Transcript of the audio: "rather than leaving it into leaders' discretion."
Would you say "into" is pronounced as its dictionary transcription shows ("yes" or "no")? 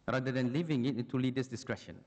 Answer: no